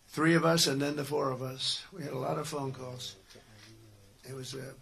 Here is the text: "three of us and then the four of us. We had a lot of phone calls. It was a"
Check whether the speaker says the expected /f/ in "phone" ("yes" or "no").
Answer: yes